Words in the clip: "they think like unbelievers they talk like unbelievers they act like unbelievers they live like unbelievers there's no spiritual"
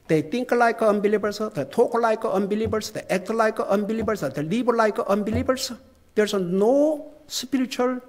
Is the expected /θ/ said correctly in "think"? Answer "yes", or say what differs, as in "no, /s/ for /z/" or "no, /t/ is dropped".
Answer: no, /t/ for /θ/